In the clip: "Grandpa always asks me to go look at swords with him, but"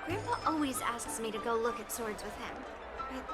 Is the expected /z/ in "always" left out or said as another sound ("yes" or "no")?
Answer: no